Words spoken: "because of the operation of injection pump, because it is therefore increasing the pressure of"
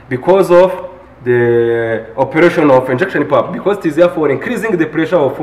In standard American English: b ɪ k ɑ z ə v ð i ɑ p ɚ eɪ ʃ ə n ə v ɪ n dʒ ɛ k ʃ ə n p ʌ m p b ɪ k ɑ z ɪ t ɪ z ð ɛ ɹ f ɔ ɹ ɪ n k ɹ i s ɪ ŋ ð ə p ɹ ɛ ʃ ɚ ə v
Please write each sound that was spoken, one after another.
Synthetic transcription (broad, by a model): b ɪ k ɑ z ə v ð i ɑ p ɚ eɪ ʃ ə n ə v ɪ n dʒ ɛ k ʃ ə n p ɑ p b ɪ k ɑ z ɪ t ɪ z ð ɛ f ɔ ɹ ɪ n k ɹ i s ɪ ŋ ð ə p ɹ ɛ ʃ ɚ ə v